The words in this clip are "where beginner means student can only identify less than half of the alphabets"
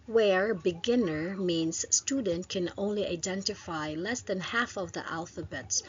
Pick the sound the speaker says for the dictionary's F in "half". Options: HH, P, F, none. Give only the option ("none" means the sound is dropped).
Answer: F